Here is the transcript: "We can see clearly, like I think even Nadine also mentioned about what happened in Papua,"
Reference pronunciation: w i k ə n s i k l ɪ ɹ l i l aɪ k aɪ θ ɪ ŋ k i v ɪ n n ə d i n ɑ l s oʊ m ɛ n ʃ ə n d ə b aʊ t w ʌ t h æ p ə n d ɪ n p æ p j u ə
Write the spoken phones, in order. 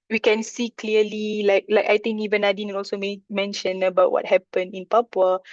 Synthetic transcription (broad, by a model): w i k ə n s i k l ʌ l l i l aɪ k aɪ t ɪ ŋ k i v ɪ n n ə d i n ɑ l s oʊ m ɛ n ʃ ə n ə b aʊ t w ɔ t h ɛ p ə n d ɪ n p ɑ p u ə